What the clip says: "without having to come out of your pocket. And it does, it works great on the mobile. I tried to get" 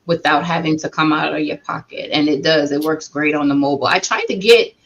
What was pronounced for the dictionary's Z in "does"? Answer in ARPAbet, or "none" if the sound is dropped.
Z